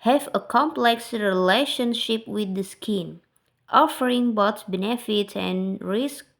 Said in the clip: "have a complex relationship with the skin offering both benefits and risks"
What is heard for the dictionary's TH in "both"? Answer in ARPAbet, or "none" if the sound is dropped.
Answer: S